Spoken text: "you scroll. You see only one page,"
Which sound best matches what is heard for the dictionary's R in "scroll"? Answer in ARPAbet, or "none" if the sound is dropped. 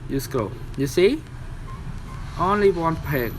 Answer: none